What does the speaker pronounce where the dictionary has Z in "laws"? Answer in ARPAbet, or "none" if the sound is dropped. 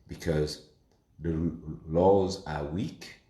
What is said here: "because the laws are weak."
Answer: Z